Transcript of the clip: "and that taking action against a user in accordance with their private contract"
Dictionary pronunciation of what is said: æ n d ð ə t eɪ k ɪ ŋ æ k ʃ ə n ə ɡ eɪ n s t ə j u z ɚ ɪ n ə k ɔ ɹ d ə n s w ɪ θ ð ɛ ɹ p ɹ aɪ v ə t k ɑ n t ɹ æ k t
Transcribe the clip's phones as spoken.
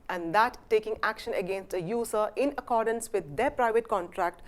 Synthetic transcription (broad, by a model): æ n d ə t eɪ k ɪ ŋ æ k ʃ ə n ə ɡ eɪ n s t ə j u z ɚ ɪ n ə k ɔ ɹ d ə n s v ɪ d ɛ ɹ p ɹ aɪ v ə t k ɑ n t ɹ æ k t